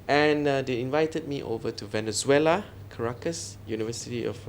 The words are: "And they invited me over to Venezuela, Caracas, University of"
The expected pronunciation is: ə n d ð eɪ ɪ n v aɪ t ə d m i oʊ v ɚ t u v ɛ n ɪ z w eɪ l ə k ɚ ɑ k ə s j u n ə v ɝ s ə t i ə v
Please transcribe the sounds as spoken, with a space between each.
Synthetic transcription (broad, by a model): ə n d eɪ ɪ n v aɪ t ə d m i oʊ v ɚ t u v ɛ n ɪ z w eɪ l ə k ɚ ɑ k ə s j u n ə v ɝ s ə t i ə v